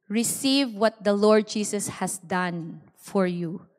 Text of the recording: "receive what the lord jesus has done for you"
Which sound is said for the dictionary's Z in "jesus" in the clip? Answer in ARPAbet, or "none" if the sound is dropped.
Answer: S